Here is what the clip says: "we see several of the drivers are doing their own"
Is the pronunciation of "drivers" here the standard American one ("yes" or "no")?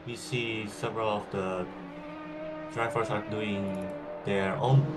no